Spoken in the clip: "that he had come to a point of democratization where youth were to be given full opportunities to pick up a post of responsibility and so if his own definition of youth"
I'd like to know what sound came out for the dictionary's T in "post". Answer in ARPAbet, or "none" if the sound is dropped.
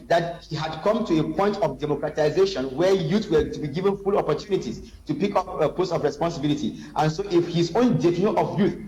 none